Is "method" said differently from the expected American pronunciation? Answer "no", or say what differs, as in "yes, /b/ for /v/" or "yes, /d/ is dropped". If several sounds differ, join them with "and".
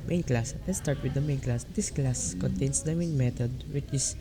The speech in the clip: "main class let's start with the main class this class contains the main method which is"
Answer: yes, /t/ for /θ/